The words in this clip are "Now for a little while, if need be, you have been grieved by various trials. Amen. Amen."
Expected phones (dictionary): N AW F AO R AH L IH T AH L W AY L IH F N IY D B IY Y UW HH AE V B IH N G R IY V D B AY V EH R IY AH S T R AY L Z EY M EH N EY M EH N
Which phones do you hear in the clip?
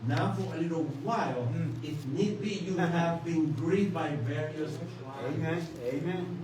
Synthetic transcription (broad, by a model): N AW F AO R AH L IH T AH L W AY L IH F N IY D B IY Y UW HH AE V B IH N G R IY D B AY V EH R IY AH S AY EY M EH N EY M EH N